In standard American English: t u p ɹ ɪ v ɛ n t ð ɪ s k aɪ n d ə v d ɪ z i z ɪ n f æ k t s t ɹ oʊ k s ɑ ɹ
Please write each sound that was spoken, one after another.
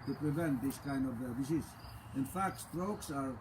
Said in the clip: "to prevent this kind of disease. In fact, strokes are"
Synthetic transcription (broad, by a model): t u p ɹ ɪ v ɛ n t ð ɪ s k aɪ n d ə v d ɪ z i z ɪ n f æ k t s t ɹ oʊ k s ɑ ɹ